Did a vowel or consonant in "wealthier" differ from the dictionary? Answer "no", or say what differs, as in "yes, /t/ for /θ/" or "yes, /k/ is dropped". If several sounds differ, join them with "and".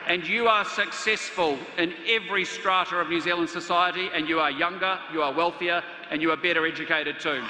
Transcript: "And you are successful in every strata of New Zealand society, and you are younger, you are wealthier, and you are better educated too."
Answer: no